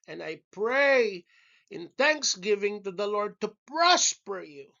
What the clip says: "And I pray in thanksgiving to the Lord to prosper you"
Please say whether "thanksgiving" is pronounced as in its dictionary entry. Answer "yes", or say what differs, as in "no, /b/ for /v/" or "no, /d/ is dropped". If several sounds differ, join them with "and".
yes